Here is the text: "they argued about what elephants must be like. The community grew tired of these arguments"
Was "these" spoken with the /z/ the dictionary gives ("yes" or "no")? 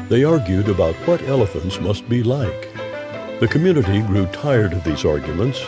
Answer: yes